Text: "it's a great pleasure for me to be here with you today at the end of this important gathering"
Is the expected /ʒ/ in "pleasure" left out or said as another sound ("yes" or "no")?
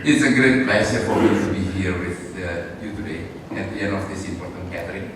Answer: yes